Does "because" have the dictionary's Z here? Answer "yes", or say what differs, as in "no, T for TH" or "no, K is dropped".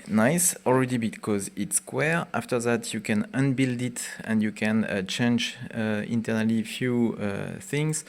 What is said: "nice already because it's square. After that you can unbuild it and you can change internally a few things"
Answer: yes